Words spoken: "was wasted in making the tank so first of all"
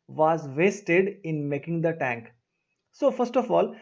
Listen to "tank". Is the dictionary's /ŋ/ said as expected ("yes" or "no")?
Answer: yes